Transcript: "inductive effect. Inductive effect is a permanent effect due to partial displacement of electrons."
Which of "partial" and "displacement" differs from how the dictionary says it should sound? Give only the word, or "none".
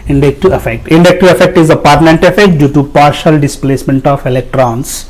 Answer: none